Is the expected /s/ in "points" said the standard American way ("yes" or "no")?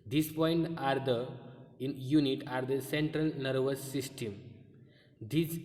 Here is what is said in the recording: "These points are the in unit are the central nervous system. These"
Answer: no